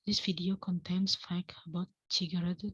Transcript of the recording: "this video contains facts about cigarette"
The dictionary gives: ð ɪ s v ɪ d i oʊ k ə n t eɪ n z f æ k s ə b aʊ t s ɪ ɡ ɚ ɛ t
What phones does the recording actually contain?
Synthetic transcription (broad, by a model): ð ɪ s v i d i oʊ k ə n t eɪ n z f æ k ə b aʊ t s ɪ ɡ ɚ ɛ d